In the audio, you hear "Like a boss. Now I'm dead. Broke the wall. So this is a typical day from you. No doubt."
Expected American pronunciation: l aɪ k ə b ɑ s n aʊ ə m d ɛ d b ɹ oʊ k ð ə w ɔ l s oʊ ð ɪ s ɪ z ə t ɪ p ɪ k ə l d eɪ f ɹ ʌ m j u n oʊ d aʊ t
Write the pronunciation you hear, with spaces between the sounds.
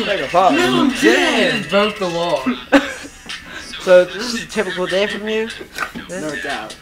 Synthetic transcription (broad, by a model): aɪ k ə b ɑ n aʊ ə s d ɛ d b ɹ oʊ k ð ə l ɔ s oʊ ð ɪ s ɪ z ə t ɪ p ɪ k l d eɪ f ɹ ʌ m j u n oʊ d aʊ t